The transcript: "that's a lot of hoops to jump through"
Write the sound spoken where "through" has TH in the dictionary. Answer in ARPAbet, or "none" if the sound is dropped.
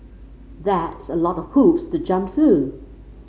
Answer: TH